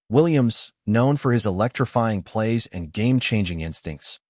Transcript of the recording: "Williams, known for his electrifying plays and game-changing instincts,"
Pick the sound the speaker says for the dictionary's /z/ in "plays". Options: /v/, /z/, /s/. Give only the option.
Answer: /z/